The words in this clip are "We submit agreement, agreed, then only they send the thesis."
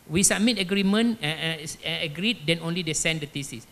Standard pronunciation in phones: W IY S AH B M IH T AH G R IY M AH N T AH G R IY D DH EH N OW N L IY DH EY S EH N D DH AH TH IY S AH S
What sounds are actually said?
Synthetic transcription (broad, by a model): W IY S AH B M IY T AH G R IY M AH N AH G R IY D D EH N OW N L IY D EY S EH N D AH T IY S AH S